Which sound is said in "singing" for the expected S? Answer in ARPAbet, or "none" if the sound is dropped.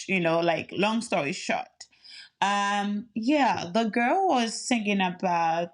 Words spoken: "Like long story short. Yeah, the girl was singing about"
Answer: TH